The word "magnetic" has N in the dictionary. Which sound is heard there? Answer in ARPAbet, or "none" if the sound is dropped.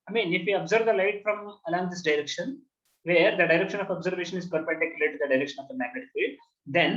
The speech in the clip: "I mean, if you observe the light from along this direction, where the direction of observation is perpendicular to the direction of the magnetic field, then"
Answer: none